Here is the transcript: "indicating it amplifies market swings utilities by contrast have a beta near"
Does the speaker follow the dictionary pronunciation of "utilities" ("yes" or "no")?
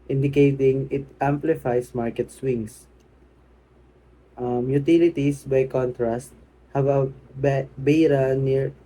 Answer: no